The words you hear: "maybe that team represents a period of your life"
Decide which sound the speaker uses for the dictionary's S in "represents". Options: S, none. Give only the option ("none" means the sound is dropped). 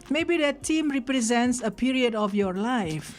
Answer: S